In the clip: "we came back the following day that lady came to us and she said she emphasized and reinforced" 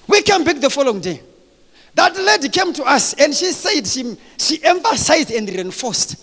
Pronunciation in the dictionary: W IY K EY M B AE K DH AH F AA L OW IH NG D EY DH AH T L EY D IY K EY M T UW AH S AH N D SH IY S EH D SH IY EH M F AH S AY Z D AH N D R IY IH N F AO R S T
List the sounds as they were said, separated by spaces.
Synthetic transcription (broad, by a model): W IY K EY M B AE K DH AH F AA L OW IH NG D EY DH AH T L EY D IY K EY M T UW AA S AH N D SH IY S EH D SH IY EH M F AH S AY Z D AH N D R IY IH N F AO S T